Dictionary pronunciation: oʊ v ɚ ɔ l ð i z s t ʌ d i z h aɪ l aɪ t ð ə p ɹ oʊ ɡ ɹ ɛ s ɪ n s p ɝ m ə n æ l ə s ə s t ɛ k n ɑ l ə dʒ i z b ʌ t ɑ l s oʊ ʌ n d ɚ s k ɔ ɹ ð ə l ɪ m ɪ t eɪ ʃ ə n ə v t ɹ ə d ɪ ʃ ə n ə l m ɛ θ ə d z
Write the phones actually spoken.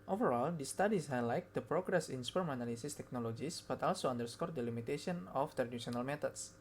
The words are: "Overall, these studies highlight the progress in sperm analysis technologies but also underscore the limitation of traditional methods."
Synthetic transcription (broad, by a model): oʊ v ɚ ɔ l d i s t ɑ d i s h aɪ l aɪ t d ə p ɹ oʊ ɡ ɹ ɛ s ɪ n s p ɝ m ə n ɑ l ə s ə s t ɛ k n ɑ l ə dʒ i s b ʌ t ɑ l s oʊ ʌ n d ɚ s k ɔ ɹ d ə l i m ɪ t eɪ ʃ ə n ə f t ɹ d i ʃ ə n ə l m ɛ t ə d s